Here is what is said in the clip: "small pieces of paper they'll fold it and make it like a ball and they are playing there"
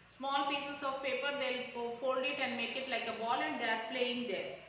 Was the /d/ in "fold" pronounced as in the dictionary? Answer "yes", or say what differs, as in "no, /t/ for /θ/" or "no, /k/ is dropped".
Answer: yes